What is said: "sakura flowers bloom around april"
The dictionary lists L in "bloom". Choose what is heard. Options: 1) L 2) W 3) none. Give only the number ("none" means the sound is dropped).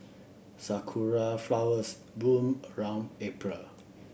3